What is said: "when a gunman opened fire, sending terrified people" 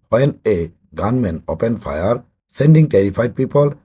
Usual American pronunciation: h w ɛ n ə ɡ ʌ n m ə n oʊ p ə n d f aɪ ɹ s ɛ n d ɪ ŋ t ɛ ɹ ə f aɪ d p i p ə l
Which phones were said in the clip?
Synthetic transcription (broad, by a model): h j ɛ n ə ɡ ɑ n m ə n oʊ p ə n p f aɪ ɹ s ɛ n d ɪ ŋ t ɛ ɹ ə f aɪ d p i p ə l